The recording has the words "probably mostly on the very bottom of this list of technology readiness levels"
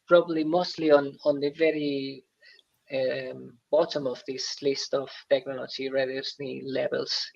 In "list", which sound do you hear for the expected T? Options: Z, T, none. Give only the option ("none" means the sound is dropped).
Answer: T